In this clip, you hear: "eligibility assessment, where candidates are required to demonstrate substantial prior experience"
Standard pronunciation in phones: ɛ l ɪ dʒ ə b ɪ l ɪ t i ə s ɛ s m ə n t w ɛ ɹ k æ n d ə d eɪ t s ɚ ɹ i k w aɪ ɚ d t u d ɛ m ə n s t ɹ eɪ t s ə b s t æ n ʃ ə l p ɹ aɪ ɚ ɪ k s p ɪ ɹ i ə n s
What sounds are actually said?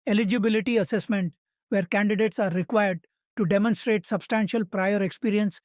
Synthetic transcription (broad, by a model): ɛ l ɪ dʒ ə b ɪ l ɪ t i ə s ɛ s m ə n t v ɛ ɹ k æ n d ə d eɪ t s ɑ ɹ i k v aɪ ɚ d t u d ɛ m ə n s t ɹ eɪ t s ə b s t æ n ʃ ə l p ɹ aɪ ɚ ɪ k s p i ɹ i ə n s